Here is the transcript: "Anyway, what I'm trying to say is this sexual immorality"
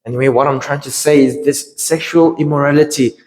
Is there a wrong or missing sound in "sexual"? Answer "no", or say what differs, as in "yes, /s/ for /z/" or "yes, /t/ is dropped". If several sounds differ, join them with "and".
no